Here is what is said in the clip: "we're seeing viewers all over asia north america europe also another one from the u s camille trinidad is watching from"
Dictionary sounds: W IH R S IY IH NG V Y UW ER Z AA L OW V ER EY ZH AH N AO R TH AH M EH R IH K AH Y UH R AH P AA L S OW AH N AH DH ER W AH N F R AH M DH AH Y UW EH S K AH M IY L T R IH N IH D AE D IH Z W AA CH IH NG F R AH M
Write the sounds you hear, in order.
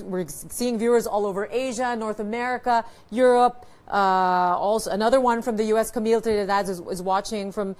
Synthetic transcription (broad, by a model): W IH R S IY IH NG V Y UW ER Z AA L OW V ER EY ZH AH N AO R TH AH M EH R IH K AH Y UH R AH P AA L S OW AH N AH DH ER W AH N F R AH M DH AH Y UW EH S K AH M IY L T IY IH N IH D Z IH Z W AA CH IH NG F R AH M